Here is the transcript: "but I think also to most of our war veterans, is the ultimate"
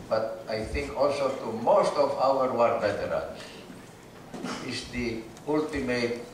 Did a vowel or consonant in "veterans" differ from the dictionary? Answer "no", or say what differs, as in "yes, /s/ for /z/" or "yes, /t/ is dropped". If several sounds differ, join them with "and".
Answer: yes, /b/ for /v/